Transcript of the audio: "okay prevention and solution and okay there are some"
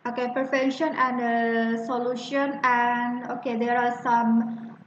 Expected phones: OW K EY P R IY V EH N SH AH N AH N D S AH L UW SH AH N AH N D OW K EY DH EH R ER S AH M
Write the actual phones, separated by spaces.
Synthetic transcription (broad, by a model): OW K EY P IY F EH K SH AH N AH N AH S AH L UW SH AH N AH N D OW K EY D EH R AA S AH M